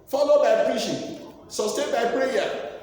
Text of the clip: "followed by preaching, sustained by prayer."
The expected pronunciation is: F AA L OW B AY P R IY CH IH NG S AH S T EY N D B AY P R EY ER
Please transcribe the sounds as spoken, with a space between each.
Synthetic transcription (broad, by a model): F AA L OW B AY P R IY SH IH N S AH S T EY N B AY P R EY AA